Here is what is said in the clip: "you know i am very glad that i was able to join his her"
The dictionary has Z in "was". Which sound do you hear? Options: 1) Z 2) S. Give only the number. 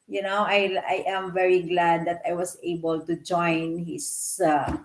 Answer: 2